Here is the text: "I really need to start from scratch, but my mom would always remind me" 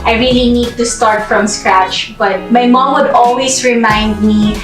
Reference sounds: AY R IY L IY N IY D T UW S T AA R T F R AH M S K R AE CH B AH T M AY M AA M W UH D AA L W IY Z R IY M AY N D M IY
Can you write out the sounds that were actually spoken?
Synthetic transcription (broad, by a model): AY R IY L IY N IY D T UW S T AA R T F R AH M S K R AE CH B AH T M AY M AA M W UH D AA L W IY S R IY M AY N D M IY